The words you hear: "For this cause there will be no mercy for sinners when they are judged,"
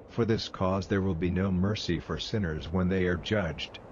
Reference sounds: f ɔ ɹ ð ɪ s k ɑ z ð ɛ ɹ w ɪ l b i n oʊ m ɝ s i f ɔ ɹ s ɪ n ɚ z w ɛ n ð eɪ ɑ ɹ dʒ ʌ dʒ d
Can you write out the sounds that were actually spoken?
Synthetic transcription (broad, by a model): f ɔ ɹ ð ɪ s k ɑ z ð ɛ ɹ w ɪ l b i n oʊ m ɝ s i f ɔ ɹ s ɪ n ɚ z w ɛ n ð eɪ ɑ ɹ dʒ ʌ dʒ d